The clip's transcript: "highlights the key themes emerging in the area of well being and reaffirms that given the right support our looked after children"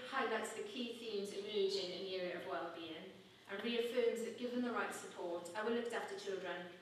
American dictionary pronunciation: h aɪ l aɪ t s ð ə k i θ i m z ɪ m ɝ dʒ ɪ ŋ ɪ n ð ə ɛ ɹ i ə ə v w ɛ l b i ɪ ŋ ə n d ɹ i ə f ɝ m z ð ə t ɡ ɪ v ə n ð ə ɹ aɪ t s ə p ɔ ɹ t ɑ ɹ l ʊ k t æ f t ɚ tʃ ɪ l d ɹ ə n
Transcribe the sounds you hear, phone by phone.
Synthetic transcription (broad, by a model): h aɪ l aɪ t s ð ə k i θ i m z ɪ m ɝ dʒ ɪ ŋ ɪ n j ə ɹ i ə ə v w ɛ l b i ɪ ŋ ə n ɹ i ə f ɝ m z ð ə t ɡ ɪ v ə n ð ə ɹ aɪ t s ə p ɔ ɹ t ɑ w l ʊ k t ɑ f t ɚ tʃ ɪ l d ɹ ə n